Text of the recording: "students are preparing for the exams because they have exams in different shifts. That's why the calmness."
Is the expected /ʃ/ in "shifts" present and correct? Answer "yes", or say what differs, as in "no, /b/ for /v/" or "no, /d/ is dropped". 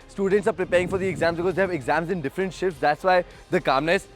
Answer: yes